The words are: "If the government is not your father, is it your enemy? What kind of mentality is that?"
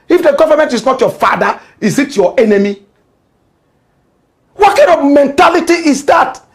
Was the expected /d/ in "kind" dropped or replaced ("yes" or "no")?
yes